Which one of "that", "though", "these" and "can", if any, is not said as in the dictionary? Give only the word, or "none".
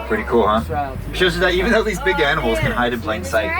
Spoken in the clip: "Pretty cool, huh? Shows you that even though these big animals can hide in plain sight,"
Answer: none